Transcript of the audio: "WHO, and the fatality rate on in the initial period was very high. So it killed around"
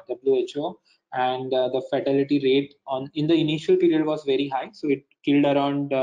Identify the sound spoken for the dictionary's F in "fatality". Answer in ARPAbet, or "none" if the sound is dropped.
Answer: F